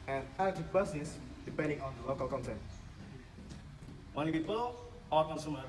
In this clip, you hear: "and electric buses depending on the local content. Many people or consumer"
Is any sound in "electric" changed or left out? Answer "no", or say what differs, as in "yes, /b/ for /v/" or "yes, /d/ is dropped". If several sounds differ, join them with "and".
yes, /ɹ/ is dropped